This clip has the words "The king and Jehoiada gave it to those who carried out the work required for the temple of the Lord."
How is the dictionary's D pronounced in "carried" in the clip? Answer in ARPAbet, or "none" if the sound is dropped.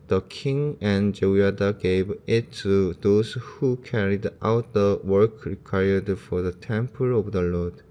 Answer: D